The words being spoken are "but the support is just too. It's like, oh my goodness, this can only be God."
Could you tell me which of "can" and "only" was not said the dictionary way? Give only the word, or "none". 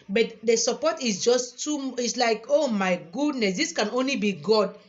none